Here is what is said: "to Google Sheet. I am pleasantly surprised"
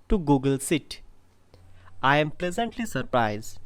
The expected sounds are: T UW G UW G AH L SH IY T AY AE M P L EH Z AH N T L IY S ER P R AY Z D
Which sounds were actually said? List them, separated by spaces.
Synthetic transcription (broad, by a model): T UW G UW G AH L S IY T AY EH M P L EH Z AH N T L IY S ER P R AY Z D